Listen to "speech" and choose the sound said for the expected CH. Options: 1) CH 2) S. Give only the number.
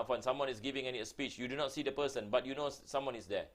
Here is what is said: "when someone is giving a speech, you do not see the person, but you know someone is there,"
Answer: 1